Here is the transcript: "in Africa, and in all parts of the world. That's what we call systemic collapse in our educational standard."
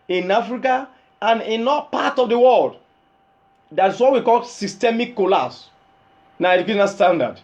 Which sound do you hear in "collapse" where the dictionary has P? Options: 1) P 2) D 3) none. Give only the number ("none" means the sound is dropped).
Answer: 3